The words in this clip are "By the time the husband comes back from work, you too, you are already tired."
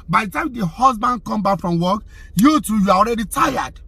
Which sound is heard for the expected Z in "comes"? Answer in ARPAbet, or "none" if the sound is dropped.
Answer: none